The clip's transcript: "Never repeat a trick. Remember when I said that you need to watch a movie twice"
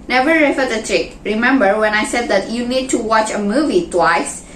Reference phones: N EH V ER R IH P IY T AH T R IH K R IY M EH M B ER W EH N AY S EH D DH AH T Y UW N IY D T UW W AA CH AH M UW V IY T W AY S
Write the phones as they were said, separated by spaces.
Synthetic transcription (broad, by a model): N EH V ER R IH F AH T AH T R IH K R IY M EH M B ER W EH N AY S EH D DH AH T Y UW N IY D T UW W AA CH AH M UW V IY T W AY S